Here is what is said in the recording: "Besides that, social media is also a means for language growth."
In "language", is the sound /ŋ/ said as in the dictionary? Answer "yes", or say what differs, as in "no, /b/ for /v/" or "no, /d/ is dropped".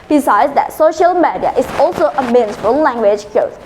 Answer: yes